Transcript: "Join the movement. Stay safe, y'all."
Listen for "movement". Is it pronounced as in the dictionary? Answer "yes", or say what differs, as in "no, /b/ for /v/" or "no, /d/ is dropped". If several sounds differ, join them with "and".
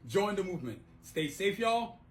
yes